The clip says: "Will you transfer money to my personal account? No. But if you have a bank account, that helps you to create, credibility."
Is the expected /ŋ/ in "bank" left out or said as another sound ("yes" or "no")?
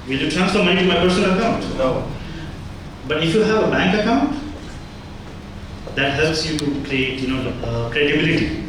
no